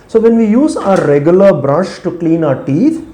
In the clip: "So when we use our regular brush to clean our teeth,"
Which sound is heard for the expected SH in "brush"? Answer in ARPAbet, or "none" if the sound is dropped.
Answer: SH